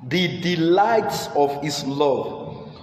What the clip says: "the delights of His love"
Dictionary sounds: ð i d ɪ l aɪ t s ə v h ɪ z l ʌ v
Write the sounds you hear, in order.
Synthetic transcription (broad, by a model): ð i d ɪ l aɪ t s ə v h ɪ s l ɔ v